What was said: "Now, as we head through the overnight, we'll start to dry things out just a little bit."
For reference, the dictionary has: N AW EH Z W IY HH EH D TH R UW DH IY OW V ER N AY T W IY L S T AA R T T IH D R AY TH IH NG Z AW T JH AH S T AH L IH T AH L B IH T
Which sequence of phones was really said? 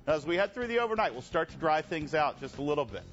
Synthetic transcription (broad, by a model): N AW Z W IY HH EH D TH R UW DH IY OW V ER N AY T W IY L S T AA R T T IH D R AY TH IH NG Z AW T JH AH S T AH L IH T L B IH T